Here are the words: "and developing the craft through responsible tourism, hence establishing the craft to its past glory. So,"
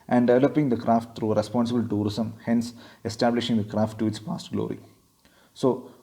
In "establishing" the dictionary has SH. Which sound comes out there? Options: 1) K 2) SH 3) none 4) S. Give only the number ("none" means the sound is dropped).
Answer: 2